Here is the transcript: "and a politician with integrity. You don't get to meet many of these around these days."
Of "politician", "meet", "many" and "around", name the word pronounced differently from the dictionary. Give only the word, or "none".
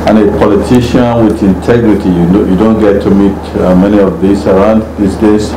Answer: none